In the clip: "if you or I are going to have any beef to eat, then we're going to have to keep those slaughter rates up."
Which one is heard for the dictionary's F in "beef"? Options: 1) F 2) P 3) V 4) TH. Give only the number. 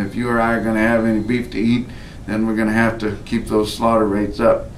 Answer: 1